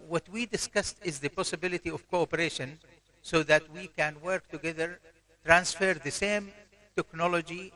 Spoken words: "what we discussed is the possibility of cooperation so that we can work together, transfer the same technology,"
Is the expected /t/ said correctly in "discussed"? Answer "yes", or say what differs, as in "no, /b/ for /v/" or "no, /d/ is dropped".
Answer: yes